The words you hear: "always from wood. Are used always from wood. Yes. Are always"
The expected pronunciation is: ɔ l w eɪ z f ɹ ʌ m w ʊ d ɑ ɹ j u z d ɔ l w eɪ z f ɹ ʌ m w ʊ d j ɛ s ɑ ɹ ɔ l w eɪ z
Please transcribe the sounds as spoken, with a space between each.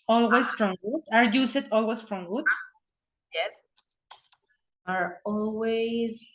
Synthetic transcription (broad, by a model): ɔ l w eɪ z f ɹ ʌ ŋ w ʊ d ɑ ɹ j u s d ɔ l w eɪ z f ɹ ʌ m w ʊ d j ɛ s ɑ ɹ ɔ l w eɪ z